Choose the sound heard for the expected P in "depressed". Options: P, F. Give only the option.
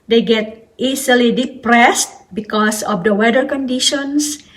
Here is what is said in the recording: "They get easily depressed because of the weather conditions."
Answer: P